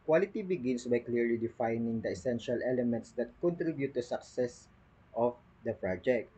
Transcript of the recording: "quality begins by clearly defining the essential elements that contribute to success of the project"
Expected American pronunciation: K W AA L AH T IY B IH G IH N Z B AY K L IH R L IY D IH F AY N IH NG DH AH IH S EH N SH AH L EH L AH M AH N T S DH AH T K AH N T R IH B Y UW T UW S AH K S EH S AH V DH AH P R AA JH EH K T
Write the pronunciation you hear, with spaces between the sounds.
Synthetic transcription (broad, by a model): K W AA L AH T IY B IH G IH N S B AY K L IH R L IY D IH F AY N IH NG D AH IH S EH N SH AH L EH L AH M AH N T S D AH T K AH N T R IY B Y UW T UW S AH K S EH S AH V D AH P R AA JH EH K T